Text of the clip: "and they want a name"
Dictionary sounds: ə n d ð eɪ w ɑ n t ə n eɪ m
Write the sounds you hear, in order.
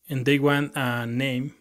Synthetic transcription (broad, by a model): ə n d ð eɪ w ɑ n ə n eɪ m